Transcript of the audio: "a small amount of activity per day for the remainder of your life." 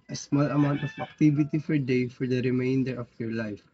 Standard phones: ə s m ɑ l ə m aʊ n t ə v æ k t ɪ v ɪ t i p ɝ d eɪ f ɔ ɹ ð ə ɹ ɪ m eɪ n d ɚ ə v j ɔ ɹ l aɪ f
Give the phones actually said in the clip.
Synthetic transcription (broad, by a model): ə s m ɑ l ə m aʊ n t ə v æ k t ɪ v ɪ t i f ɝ d eɪ f ɔ ɹ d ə ɹ ɪ m eɪ n d ɚ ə f j ɔ ɹ l aɪ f